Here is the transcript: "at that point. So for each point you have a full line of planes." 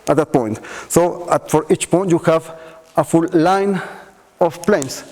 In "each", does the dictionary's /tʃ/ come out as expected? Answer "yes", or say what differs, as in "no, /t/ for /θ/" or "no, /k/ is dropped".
yes